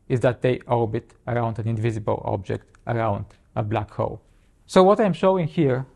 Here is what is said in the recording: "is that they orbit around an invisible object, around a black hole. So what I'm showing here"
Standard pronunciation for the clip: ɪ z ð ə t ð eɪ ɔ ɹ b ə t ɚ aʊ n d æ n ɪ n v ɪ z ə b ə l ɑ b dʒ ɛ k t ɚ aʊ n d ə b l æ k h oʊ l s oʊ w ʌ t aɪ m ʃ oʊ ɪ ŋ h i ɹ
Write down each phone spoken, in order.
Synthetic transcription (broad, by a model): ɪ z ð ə t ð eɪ ɔ ɹ b ə t ɚ aʊ n d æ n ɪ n v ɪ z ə b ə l ɑ b dʒ ɛ k t ɚ aʊ n d ə b l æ k h oʊ l s oʊ w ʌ t aɪ m ʃ oʊ ɪ ŋ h i ɹ